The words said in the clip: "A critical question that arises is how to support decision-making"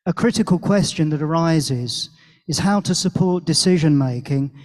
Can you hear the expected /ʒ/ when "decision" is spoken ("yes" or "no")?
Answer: yes